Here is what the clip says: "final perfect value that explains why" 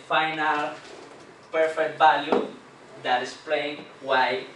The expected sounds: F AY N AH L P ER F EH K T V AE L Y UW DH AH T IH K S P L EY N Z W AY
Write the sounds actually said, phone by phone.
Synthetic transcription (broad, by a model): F AY N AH L P ER F EH K T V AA L Y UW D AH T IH S P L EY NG W AY